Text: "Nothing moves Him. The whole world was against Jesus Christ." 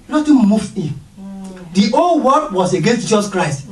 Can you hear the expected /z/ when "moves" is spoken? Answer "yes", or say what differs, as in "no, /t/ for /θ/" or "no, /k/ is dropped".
no, /z/ is dropped